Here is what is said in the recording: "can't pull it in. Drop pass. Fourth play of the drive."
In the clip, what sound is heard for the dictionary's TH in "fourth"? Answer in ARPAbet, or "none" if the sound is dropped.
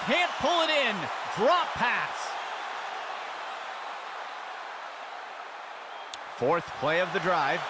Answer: TH